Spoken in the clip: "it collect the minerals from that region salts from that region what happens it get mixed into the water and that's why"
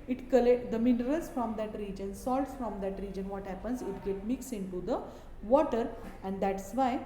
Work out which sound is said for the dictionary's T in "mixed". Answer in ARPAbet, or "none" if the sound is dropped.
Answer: none